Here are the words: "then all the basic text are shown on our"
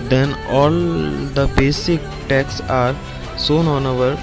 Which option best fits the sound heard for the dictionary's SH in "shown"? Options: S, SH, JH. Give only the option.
S